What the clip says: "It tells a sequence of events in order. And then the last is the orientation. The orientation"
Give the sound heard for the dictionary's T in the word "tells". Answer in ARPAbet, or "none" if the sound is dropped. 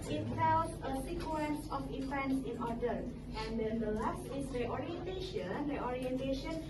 S